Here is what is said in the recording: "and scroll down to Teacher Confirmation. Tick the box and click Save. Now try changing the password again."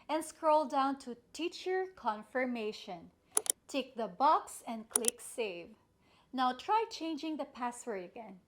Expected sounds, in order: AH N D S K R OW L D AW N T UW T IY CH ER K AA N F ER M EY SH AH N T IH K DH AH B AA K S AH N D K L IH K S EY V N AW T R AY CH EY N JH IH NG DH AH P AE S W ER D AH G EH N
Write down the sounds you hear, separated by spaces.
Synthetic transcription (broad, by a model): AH N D S K R OW L D AW N T UW T IY CH ER K AA N F ER M EY SH AH N T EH K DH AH B AA K S AH N D K L IH K S EY V N AW T R AY CH EY N JH IH NG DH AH P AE S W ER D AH G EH N